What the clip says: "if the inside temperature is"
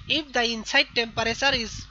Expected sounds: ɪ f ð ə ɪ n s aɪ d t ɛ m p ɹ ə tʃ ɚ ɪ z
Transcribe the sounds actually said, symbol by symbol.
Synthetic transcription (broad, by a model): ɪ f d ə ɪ n s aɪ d t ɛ m p ɹ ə s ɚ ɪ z